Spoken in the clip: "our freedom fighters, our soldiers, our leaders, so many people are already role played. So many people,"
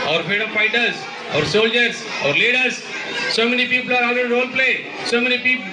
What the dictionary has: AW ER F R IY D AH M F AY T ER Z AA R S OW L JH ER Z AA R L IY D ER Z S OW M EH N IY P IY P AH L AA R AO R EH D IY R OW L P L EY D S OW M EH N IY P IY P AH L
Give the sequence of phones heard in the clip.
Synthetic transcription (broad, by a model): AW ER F EH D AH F AY T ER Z AA R S OW L JH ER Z AA R L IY D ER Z S OW M EH N IY P IY P AH L AA R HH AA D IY R OW L P L EY S OW M EH N IY P IY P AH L